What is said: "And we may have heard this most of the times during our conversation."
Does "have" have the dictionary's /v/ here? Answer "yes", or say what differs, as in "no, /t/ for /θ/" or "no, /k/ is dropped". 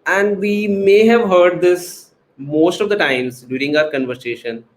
yes